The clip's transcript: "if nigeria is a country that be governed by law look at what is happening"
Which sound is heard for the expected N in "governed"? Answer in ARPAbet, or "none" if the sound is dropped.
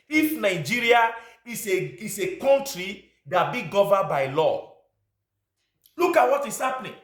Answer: none